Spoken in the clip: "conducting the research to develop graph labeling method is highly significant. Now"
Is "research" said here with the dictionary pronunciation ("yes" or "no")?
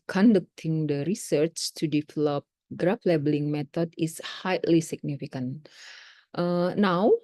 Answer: yes